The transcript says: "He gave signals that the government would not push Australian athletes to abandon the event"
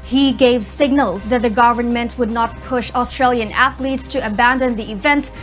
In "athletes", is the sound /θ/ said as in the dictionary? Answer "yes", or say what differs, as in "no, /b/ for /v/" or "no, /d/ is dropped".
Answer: yes